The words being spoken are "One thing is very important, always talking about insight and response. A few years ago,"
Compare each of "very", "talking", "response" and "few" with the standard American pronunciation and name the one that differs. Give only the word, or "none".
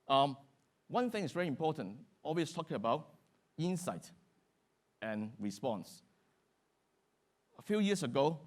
none